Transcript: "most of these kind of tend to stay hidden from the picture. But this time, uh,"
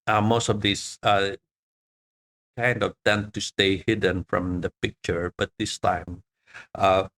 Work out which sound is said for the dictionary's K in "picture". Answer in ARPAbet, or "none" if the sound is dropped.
K